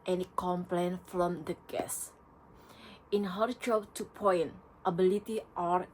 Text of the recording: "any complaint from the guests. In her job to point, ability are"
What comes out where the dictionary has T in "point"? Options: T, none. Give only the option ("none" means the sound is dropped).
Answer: T